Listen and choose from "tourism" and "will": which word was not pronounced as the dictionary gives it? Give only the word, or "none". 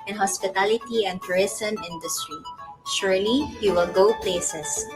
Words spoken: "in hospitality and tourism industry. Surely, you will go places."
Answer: tourism